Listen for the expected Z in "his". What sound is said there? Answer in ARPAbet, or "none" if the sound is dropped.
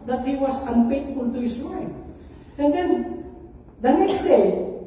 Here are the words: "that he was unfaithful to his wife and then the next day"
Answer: S